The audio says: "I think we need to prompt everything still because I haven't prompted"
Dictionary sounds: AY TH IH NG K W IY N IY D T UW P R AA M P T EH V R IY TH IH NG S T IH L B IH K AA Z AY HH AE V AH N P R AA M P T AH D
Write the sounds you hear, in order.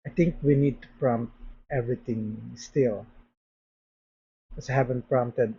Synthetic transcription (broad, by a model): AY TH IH NG K W IY N IY D T UW P R AA M P T EH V R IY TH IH NG S T IH L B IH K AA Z AY HH AE V AH N P R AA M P T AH D